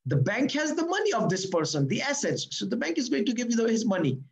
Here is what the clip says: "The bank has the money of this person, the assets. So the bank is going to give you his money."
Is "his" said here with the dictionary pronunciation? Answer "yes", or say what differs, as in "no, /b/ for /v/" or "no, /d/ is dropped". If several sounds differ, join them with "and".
yes